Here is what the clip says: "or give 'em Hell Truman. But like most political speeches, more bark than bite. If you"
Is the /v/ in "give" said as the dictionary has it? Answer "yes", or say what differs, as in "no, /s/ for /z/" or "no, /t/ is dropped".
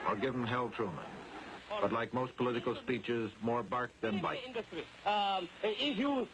yes